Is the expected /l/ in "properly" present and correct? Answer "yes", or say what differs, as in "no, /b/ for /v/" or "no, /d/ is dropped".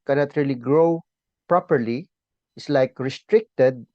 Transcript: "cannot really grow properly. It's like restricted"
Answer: yes